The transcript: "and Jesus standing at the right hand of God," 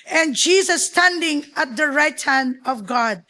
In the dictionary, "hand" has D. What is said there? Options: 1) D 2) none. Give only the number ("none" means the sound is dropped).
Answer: 1